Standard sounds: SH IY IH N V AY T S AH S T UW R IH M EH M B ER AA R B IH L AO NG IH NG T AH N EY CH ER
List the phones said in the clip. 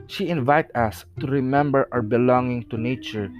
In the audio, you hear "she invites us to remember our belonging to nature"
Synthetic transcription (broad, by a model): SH IY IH N V AY T AH S T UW R IH M EH M B ER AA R B IH L AO NG IH NG T AH N EY CH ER